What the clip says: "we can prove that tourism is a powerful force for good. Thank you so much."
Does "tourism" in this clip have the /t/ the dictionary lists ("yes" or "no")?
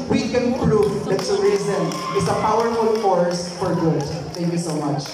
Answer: no